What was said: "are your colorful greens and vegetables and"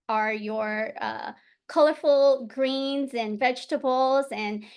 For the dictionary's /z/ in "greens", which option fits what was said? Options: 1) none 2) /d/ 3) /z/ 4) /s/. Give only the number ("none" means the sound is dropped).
3